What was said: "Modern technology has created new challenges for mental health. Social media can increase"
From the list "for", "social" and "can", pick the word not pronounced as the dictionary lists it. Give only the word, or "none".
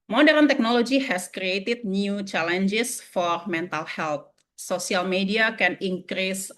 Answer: social